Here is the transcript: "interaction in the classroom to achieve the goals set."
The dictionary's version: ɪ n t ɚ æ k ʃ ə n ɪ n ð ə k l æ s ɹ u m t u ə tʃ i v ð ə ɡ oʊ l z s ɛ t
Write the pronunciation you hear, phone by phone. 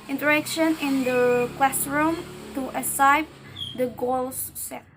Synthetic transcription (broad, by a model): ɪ n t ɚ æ k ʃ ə n ɪ n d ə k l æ s ɹ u m t u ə s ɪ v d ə ɡ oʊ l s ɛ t